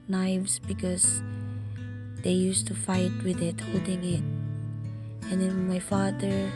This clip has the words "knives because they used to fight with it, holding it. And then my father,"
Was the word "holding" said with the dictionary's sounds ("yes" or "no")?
no